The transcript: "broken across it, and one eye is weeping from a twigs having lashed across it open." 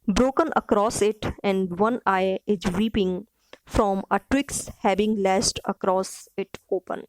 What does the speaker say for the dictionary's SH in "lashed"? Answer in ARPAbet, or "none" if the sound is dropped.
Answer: S